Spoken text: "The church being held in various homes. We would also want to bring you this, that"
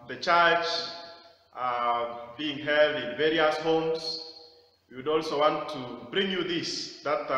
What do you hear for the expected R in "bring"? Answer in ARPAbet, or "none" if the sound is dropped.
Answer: R